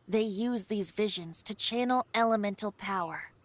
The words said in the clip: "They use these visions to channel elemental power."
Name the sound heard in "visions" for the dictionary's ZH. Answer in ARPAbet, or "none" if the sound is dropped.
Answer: ZH